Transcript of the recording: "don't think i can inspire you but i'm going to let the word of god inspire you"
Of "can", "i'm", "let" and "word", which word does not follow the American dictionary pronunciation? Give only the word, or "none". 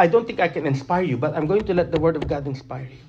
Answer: none